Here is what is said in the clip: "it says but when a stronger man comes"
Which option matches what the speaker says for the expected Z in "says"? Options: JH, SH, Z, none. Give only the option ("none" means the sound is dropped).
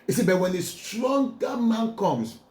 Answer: none